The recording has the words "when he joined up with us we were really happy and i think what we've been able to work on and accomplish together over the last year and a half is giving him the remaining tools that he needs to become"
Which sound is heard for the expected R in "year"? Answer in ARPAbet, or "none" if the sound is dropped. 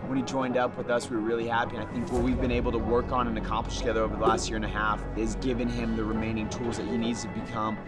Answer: R